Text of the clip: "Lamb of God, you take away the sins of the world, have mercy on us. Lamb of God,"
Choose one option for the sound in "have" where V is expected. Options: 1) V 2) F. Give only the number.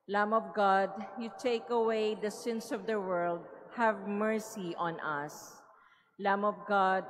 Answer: 1